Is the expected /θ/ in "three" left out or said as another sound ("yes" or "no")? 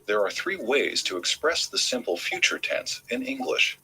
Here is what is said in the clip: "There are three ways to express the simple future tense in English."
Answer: no